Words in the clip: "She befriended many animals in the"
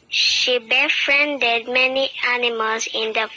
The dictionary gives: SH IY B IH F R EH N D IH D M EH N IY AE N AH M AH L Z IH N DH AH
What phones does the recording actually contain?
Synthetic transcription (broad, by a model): SH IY B IH F R EH N D IH D M EH N IY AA N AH M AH L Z IH N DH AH